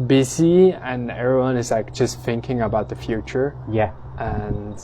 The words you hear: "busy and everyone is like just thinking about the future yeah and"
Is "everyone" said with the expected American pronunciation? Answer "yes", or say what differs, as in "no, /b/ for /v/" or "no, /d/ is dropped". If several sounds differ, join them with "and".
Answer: yes